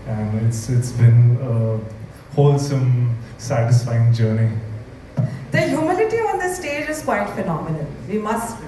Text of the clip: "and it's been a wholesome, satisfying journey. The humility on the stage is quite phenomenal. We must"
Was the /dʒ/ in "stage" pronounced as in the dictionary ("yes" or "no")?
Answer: yes